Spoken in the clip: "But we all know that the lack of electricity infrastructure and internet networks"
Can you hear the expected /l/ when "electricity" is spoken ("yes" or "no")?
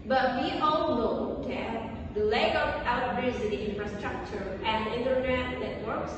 no